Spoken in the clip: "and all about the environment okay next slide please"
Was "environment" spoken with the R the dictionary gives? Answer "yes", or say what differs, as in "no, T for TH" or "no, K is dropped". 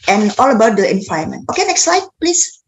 no, R is dropped